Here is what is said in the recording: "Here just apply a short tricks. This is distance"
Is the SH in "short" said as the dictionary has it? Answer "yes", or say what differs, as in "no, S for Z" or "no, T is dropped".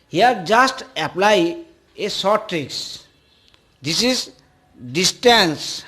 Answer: no, S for SH